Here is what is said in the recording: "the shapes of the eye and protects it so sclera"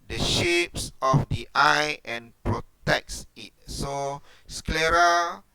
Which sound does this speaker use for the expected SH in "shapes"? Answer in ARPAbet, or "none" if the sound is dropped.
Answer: SH